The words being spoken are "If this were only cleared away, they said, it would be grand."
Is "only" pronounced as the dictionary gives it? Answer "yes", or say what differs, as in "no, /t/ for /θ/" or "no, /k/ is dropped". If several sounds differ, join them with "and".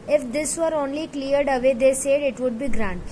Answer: yes